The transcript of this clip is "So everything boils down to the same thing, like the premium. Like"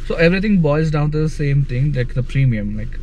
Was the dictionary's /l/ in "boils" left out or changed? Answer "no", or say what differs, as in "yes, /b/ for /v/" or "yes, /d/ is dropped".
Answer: yes, /l/ is dropped